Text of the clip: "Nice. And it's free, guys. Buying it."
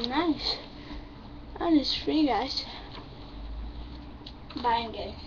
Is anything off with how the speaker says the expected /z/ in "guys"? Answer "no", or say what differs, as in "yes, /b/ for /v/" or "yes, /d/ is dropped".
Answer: yes, /s/ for /z/